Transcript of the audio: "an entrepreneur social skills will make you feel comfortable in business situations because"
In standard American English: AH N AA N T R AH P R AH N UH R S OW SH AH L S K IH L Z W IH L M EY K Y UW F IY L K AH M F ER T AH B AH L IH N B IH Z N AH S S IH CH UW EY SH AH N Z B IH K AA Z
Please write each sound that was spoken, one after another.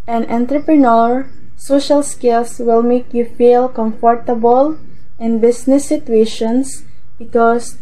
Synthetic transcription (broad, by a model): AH N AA N T R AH P R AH N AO R S OW SH AH L S K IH L S W IH L M EY K Y UW F IY L K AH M F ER T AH B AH L IH N B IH S N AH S S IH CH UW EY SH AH N S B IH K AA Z